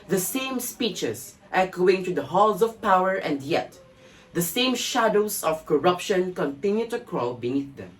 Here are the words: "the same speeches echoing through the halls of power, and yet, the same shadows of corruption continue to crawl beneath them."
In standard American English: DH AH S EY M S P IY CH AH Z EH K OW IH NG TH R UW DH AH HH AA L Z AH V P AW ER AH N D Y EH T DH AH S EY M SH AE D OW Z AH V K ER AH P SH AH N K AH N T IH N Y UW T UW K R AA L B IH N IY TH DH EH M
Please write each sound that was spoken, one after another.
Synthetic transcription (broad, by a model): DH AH S EY M S P IY CH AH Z EH K OW IH NG T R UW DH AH HH AA L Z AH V P AW ER AH N D Y EH T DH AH S EY M SH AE D OW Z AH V K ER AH P SH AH N K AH N T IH N Y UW T UW K R AA L B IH N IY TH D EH M